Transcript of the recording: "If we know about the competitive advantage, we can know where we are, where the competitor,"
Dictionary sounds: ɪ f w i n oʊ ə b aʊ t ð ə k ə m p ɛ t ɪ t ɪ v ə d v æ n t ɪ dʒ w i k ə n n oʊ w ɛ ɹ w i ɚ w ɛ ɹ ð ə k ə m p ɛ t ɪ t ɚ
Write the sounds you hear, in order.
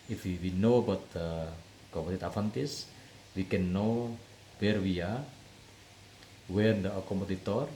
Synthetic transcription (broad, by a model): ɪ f w i n oʊ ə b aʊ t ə k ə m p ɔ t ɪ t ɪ f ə n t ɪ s w i k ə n n oʊ w ɛ ɹ w i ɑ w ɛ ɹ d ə k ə m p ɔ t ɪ t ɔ